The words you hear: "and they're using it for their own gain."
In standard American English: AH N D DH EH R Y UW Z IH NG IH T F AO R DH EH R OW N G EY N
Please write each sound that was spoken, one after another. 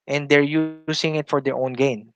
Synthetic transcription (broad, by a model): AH N D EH R Y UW S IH NG IH T F AO R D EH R OW N G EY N